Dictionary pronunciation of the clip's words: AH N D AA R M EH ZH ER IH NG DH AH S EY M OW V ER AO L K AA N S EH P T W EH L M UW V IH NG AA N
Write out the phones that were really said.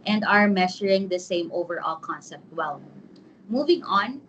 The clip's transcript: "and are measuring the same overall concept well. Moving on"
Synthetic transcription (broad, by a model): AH N D AA R M EH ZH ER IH NG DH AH S EY M OW V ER AO L K AA N S EH P T W EH L M UW V IH NG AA N